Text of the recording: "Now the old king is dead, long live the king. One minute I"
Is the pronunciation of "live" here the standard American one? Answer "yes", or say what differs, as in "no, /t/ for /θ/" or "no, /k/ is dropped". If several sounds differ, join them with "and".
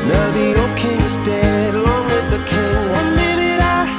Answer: no, /w/ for /l/